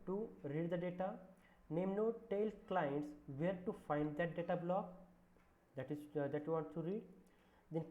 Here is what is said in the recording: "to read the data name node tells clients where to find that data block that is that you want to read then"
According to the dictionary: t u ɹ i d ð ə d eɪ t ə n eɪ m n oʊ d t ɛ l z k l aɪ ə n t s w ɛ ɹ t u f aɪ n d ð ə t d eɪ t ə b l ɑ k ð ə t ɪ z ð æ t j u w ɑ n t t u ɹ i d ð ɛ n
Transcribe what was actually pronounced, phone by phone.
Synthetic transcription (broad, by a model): t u ɹ i d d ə d eɪ t ə n eɪ m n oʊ t ɛ l k l aɪ ə n t s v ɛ ɹ t u f aɪ n d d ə t d eɪ t ə b l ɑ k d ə t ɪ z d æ t j u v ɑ n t t u ɹ i d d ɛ n